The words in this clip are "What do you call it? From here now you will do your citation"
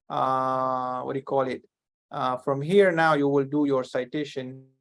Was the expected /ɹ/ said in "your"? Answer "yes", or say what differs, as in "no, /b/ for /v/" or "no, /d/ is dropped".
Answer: yes